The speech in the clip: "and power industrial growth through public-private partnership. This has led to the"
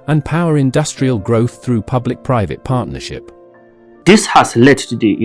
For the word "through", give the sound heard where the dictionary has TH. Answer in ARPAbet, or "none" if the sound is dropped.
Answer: TH